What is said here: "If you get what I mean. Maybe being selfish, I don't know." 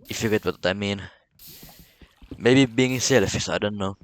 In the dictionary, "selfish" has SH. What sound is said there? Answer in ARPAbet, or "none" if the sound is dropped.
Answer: S